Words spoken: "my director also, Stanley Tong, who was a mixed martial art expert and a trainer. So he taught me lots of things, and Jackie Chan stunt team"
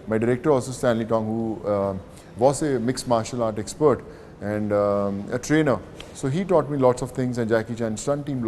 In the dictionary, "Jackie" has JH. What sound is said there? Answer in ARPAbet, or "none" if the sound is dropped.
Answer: JH